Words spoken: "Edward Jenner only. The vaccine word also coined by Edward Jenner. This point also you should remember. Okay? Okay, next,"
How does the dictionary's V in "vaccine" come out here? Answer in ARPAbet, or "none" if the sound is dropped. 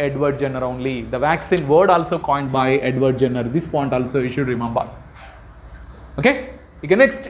V